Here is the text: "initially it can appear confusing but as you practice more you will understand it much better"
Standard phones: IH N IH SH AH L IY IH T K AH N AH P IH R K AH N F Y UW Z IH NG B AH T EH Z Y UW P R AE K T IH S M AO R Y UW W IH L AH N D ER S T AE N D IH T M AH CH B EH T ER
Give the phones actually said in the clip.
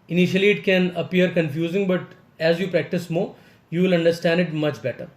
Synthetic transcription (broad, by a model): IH N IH SH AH L IY IH T K AH N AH P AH R K AH N F Y UW Z IH NG B AH T EH Z Y UW P R AE K T IH S M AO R Y UW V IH L AH N D ER S T AE N D IH T M AH CH B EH T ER